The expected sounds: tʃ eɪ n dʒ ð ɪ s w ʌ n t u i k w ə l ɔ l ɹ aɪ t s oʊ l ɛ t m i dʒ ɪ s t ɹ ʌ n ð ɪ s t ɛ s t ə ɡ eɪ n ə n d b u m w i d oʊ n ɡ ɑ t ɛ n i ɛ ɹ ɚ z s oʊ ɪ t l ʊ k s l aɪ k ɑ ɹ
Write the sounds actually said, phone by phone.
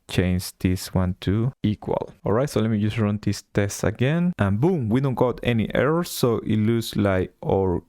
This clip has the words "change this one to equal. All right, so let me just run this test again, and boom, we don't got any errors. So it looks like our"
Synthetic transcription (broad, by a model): tʃ eɪ n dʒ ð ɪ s w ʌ n t u i k w ə l ɔ l ɹ aɪ t s oʊ l ɛ t m i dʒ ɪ s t ɹ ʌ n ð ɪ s t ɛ s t ə ɡ eɪ n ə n b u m w i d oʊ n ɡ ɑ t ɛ n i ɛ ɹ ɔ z ɪ t l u s l aɪ k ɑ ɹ